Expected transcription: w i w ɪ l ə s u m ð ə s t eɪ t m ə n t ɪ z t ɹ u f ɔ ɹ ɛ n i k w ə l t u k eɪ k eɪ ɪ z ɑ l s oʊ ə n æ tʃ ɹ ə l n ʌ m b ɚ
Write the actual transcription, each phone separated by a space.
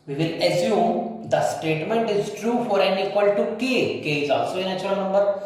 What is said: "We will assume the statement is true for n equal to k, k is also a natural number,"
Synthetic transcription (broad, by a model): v i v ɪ l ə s u m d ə s t eɪ t m ə n t ɪ z t ɹ u f ɔ ɹ ɛ n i k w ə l t u k eɪ k eɪ ɪ z ɑ l s oʊ ə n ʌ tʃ ə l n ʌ m b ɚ